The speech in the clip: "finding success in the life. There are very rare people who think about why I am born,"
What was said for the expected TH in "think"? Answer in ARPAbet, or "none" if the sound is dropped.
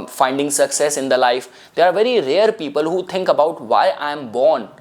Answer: T